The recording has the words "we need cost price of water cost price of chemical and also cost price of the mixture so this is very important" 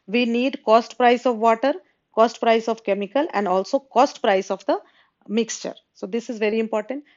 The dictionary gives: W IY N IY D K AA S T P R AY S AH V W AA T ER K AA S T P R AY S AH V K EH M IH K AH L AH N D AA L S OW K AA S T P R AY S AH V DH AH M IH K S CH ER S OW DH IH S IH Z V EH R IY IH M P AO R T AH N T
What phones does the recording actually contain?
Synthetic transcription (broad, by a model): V IY N IY D K AA S T P R AY S AH V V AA T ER K AA S T P R AY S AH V K EH M IH K AH L AH N D AA L S OW K AA S T P R AY S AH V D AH M IH K S CH ER S OW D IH S IH Z V EH R IY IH M P AO R T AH N T